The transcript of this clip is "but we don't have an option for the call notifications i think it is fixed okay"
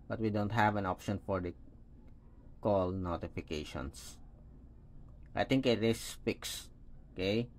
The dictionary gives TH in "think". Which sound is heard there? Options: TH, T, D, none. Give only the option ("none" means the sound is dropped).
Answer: T